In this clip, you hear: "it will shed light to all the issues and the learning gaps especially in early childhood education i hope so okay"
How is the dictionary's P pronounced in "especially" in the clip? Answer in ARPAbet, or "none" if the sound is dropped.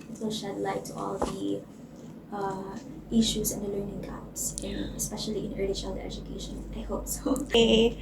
P